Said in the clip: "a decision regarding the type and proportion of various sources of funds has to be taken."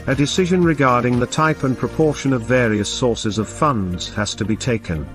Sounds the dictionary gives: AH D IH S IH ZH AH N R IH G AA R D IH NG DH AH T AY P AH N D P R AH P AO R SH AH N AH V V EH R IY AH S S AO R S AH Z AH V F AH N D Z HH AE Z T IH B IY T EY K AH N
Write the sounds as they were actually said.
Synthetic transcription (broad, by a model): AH D IH S IH ZH AH N R IH G AA R D IH NG DH AH T AY P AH N P R AH P AO R SH AH N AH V V EH R IY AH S S AO R S AH Z AH V F AH N D Z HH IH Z T IH B IY T EY K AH N